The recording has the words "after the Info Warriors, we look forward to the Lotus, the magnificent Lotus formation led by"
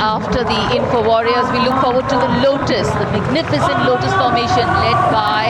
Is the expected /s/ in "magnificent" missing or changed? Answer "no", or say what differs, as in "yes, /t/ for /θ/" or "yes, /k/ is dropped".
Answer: no